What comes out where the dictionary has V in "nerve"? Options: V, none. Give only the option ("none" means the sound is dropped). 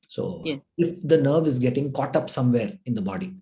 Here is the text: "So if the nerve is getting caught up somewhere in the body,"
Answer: V